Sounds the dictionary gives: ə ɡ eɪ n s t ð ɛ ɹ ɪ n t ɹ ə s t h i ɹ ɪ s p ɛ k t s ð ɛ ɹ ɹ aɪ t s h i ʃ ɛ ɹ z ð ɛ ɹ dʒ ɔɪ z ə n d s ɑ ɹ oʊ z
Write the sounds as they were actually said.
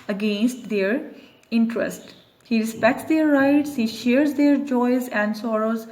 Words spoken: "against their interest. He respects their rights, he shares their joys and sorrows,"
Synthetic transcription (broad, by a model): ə ɡ eɪ n s t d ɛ ɹ ɪ n t ɹ ə s t h i ɹ ɪ s p ɛ k t s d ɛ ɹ ɹ aɪ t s h i ʃ ɛ ɹ z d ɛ ɹ dʒ ɔɪ z ə n d s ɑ ɹ oʊ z